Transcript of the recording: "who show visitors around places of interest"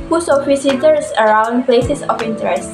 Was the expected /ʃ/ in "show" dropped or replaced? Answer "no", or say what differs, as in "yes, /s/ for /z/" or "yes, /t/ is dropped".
yes, /s/ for /ʃ/